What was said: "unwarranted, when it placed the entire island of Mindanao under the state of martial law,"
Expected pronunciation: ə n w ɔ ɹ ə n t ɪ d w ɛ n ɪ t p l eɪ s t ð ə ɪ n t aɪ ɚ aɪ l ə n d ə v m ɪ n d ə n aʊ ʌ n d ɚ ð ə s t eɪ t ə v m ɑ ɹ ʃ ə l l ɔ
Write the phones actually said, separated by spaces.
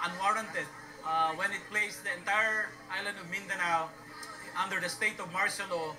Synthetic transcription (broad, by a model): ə n w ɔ ɹ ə n t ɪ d w ɛ n ɪ t p l eɪ s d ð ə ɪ n t aɪ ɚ aɪ l ə n d ə v m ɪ n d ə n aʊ ʌ n d ɚ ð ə s t eɪ t ə v m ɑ ɹ s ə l l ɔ